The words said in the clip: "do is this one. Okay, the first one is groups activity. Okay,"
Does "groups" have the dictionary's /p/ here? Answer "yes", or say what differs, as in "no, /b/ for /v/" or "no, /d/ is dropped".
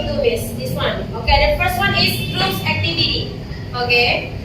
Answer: no, /p/ is dropped